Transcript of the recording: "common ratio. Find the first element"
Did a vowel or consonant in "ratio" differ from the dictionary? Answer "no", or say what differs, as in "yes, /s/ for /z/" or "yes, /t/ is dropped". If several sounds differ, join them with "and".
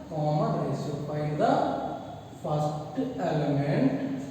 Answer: yes, /s/ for /ʃ/